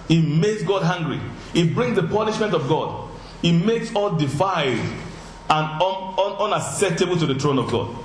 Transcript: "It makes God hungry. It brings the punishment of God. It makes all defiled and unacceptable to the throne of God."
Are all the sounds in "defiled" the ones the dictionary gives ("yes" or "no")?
no